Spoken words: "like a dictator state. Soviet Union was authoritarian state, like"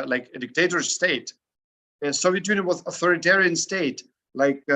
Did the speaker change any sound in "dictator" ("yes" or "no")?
no